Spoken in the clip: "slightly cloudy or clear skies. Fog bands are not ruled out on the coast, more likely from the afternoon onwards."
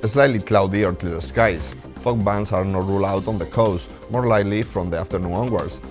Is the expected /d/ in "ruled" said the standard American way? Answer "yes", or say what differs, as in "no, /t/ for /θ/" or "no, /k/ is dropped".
no, /d/ is dropped